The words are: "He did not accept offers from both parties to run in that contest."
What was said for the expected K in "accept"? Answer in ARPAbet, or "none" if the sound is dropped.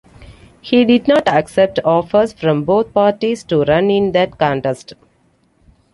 K